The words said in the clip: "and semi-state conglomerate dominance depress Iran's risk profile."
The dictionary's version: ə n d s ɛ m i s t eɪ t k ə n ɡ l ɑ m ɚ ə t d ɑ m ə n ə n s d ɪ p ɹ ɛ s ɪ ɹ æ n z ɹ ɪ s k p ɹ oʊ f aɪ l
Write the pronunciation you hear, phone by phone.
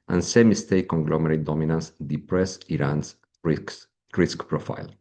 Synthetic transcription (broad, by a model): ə n s ɛ m i s t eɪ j k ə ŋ ɡ l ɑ m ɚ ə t d ɑ m ə n ə n s d ɪ p ɹ ɛ s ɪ ɹ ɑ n s ɹ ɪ s k p ɹ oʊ f aɪ l